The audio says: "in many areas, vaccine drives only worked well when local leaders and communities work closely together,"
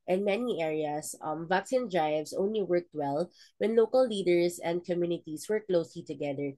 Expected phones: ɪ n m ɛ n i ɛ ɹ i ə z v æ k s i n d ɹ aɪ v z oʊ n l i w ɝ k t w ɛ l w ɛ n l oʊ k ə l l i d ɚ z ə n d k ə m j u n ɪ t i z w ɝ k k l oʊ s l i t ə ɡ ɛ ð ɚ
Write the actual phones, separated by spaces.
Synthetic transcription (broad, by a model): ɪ n m ɛ n i ɛ ɹ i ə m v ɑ k s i n d ɹ aɪ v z oʊ n l i w ɝ k t w ɛ l w ɛ n l oʊ k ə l l i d ɚ s ə n d k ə m j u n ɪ t i s w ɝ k k l oʊ s l i t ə ɡ ɛ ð ɚ